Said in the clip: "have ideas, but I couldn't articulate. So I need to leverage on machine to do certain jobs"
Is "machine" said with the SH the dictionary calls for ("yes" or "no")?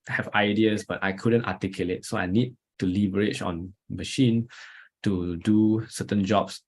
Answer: yes